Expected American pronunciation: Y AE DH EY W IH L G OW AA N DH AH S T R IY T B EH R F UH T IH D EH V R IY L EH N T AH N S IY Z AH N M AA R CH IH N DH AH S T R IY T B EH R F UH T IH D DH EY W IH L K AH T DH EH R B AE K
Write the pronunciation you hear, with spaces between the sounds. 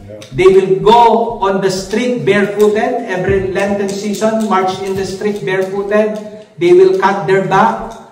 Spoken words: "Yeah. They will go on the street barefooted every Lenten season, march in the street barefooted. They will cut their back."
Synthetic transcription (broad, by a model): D EY W IH L G OW AA N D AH S T R IY T B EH R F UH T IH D EH V R IY L EH N T AH N S IY S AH N M AA R CH IH N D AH S T R IY T B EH R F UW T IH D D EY W IH L K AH T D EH R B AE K